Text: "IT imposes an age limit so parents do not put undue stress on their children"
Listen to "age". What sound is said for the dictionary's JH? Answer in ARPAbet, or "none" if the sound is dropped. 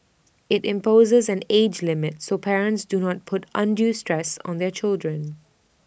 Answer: JH